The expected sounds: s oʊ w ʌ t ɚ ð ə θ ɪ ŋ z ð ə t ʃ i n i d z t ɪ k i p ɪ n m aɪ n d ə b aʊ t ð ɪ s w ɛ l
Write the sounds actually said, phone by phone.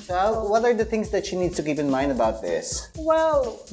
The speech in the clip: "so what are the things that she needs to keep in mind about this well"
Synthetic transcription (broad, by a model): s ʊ w ʌ t ɚ ð ə θ ɪ ŋ z ð ə t ʃ i n i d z t ɪ k i p ɪ n m aɪ n d ə b aʊ t ð ɪ s w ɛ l